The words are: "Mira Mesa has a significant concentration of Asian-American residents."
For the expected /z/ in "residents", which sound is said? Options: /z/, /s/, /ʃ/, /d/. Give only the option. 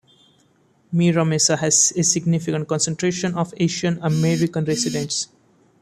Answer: /s/